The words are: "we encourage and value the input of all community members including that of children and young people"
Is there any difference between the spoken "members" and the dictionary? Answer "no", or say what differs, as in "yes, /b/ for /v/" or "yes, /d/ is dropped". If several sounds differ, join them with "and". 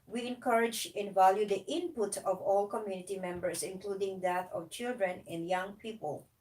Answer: yes, /s/ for /z/